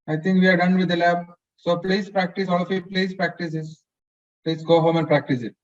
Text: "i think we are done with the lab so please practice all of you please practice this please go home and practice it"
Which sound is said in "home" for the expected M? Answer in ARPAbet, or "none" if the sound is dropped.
M